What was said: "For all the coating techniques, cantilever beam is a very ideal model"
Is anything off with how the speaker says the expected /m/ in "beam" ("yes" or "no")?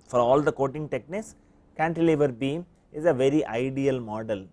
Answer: no